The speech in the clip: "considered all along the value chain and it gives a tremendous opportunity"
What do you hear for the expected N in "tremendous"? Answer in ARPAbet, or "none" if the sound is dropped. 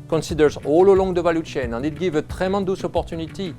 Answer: none